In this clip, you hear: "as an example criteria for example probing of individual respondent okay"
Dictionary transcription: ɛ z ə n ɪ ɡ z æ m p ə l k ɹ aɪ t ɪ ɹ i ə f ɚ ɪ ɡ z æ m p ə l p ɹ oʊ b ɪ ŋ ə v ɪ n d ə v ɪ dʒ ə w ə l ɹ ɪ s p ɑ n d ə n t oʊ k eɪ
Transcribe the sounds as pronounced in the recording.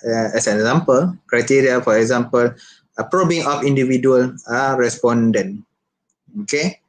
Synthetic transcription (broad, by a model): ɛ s ə n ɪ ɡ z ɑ m p ə l k ɹ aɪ t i ɹ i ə f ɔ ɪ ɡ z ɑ m p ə l p ɹ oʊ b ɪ ŋ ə f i n d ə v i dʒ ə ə l ɹ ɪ s p ɑ n d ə n oʊ k eɪ